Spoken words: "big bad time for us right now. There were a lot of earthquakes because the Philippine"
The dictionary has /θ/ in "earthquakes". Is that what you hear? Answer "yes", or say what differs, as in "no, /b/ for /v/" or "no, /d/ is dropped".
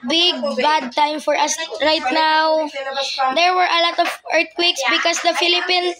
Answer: no, /t/ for /θ/